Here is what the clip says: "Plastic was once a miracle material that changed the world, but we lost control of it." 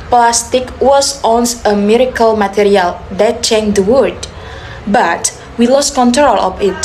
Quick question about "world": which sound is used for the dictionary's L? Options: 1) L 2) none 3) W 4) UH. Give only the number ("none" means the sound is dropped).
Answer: 2